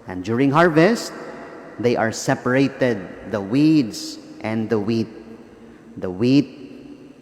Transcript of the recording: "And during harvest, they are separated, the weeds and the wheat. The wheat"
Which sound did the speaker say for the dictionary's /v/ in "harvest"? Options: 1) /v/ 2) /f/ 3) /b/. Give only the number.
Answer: 1